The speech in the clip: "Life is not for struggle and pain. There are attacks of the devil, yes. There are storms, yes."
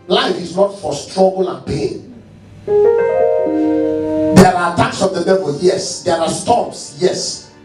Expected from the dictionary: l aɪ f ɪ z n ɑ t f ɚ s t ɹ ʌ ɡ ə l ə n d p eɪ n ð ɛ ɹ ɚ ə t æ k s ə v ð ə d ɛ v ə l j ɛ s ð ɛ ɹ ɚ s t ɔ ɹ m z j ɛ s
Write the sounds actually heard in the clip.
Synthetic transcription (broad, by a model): l aɪ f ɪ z n ɑ t f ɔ s t ɹ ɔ ɡ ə l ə n p eɪ n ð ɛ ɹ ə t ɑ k s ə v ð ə d ɛ v ə l j ɛ s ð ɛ ɹ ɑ s t ɔ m s j ɛ s